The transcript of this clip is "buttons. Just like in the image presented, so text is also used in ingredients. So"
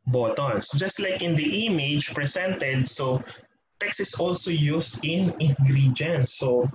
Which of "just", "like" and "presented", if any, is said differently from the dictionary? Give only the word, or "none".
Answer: presented